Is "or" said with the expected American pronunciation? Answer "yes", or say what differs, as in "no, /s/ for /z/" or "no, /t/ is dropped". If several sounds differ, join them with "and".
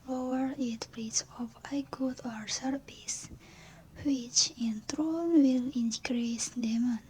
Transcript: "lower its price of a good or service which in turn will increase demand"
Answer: yes